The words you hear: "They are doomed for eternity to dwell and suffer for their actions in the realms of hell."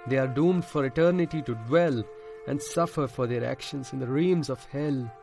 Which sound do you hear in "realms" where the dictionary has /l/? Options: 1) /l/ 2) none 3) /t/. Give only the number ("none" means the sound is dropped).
2